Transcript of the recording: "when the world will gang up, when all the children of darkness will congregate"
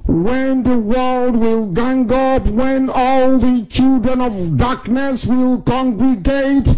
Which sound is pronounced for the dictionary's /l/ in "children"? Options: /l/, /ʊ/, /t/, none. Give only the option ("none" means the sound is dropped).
/l/